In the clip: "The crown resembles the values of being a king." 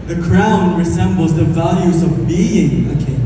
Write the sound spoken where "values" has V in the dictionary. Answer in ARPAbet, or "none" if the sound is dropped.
V